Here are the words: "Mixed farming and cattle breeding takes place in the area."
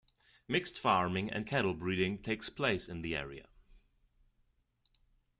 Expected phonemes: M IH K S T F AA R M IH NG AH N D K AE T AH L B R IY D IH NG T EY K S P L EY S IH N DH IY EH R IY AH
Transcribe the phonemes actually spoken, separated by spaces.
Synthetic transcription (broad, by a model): M IH K S T F AA R M IH NG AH N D K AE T L B R IY D IH NG T EY K S P L EY S IH N DH IY EH R IY AH